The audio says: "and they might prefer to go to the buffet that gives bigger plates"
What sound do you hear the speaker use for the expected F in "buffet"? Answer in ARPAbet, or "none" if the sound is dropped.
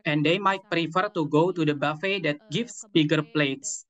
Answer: F